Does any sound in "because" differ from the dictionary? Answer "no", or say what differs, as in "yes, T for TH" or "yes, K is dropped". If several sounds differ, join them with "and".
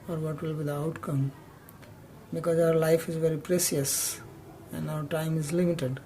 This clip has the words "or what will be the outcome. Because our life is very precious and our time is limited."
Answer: no